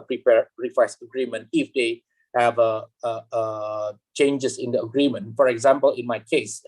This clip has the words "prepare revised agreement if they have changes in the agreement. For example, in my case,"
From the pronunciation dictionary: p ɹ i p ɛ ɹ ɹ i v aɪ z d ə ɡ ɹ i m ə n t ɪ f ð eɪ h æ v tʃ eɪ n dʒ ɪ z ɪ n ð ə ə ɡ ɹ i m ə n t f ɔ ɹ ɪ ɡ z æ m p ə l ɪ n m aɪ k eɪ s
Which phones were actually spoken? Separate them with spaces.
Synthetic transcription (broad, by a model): p ɹ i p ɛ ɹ ɹ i w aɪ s ə ɡ ɹ i m ə n t ɪ f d eɪ h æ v tʃ eɪ n dʒ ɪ s ɪ n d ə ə ɡ ɹ i m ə n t f ɔ ɹ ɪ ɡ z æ m p ə l ɪ n m aɪ k eɪ s